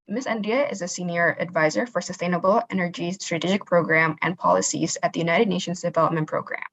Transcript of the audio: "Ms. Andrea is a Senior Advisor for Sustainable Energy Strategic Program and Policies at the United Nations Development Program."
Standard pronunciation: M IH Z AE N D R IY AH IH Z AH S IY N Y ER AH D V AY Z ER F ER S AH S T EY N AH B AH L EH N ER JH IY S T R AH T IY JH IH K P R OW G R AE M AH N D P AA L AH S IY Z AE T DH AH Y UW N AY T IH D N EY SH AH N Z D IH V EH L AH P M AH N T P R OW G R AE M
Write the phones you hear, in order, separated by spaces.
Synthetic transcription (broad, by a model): M IH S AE N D IY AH IH Z AH S IY N Y ER AH D V AY Z ER F ER S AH S T EY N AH B L EH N ER JH IY S T R AH T IY JH IH K P R OW G R AE M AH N P AA L AH S IY Z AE T DH AH Y UW N AY T IH D N EY SH AH N Z D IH V EH L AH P M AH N P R OW G R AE M